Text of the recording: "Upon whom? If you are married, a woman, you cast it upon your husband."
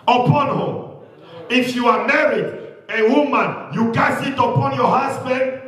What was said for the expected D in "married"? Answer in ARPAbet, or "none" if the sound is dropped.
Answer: D